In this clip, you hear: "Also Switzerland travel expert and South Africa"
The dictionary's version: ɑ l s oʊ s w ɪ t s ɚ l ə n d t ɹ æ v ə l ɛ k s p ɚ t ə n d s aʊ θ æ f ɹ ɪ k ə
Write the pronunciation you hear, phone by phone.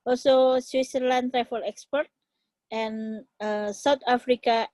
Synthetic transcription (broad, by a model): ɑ l s oʊ s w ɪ t s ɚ l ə n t ɹ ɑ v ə l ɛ k s p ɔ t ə n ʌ s aʊ t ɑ f ɹ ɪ k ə